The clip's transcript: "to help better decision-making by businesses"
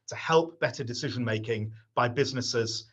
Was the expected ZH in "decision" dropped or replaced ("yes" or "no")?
no